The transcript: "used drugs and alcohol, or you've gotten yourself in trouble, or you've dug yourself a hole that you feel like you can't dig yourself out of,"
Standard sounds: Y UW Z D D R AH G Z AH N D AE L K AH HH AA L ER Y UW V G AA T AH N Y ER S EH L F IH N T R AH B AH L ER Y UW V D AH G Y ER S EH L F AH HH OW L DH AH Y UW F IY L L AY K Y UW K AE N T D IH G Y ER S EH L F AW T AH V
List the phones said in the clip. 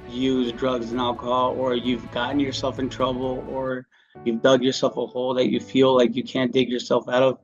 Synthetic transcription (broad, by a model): Y UW Z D D R AH G Z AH N AE L K AH HH AA L ER Y UW V G AA T N Y ER S EH L F IH N T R AH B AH L ER Y UW V D AH G Y ER S EH L F AH HH OW L DH AH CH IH F IY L L AY K Y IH K AE N D IH G Y ER S EH L F AW T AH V